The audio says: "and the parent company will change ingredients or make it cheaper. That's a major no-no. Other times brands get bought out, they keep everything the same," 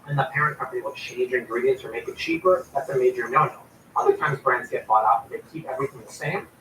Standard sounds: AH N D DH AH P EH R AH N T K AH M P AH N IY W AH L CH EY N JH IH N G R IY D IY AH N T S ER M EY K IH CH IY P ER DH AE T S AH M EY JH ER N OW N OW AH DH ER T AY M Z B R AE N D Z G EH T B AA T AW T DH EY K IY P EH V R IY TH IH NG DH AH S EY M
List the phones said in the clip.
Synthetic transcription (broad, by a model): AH N DH AH P EH R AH N K AH M P AH N IY W AH L CH EY N JH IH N G R IY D IY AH N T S ER M EY K IH CH IY P ER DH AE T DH AH M EY JH ER N OW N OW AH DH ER T AY M Z B R AE N D Z G EH T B AA T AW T DH EY K IY P EH V R IY TH IH NG DH AH S EY M